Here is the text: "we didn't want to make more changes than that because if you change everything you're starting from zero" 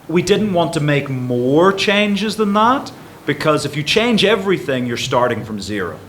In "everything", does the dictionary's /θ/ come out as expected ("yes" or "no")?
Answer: yes